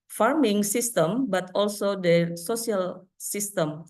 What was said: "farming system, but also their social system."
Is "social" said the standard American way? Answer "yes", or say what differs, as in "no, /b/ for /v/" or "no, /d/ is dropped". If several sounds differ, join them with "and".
no, /s/ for /ʃ/